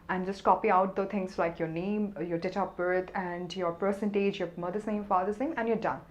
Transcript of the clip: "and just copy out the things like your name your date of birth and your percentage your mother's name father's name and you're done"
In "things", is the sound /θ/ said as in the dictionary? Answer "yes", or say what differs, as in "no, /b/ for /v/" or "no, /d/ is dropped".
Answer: no, /t/ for /θ/